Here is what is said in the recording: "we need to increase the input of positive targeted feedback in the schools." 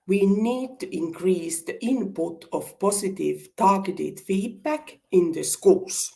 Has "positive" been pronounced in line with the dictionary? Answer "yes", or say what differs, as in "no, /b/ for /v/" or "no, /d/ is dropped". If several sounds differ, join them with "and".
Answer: no, /s/ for /z/